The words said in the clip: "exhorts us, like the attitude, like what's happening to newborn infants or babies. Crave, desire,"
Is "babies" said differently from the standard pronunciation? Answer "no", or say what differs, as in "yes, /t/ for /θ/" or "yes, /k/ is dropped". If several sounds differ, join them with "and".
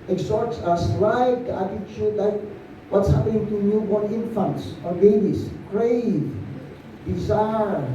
yes, /s/ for /z/